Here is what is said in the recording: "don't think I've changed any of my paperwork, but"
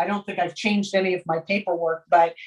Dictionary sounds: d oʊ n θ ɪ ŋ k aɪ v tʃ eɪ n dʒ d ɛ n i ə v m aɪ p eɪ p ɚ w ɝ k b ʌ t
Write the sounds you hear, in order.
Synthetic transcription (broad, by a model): d oʊ n θ ɪ ŋ k aɪ v tʃ eɪ n dʒ d ɛ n i ə v m aɪ p eɪ p ɚ w ɝ k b ʌ t